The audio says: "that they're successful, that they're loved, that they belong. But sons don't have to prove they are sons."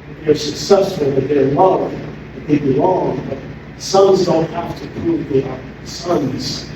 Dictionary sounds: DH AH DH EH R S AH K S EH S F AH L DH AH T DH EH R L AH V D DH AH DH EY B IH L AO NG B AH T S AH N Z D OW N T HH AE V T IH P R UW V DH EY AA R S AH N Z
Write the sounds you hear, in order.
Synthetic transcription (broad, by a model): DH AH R S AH K S EH S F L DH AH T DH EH R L AH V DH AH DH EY B IH L AO NG B AH T S AH N Z D OW N T HH AE F T IH P R UW V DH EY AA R S AH N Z